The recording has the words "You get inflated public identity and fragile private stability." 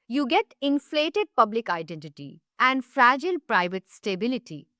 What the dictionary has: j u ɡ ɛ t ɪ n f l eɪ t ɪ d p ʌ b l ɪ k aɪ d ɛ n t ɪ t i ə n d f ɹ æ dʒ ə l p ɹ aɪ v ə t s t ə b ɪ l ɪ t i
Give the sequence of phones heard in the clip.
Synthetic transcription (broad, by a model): j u ɡ ɛ t ɪ n f l eɪ t ɪ d p ʌ b l ɪ k aɪ d ɛ n t ɪ t i ə n d f ɹ æ dʒ ə l p ɹ aɪ v ə t s t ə b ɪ l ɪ t i